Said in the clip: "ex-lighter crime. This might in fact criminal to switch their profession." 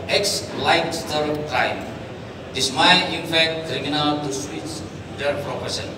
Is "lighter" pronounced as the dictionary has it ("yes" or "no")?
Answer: no